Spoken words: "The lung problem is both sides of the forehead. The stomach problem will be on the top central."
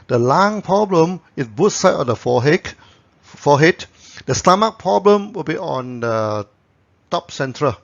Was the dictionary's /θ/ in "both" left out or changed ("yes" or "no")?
yes